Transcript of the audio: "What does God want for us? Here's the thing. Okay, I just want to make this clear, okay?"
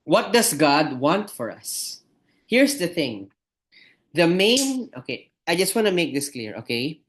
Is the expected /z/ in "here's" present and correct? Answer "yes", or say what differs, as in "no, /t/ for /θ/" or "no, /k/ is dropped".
no, /s/ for /z/